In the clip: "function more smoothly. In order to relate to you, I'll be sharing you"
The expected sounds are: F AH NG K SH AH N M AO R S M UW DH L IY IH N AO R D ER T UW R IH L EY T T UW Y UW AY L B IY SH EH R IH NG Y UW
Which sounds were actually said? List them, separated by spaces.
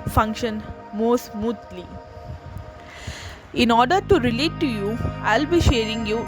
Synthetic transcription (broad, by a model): F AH NG K SH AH N M AO S M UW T L IY IH N AO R D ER T UW R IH L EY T T UW Y UW AY L B IY SH EH R IH NG Y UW